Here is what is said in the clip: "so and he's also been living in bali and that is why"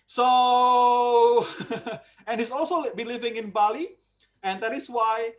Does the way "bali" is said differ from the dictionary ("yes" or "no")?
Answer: no